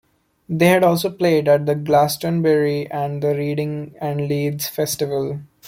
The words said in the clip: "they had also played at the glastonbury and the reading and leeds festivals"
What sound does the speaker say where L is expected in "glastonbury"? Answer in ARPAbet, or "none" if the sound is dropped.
L